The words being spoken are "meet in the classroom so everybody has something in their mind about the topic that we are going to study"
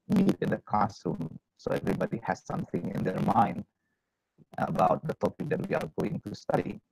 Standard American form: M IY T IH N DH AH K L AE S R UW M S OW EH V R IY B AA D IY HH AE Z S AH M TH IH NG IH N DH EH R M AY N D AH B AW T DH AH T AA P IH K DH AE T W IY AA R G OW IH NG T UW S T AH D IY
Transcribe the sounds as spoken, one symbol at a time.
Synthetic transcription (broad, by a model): M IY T IH N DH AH K AA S UW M S OW EH V R IY B AA D IY HH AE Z S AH M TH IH NG IH N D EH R M AY N D AH B AW T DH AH T AA P IH K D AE T W IY AA R G OW IH NG T UW S T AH D IY